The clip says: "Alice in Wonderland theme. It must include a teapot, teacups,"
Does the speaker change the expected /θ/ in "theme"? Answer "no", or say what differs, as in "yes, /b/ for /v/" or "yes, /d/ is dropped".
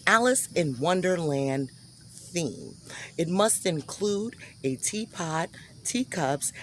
no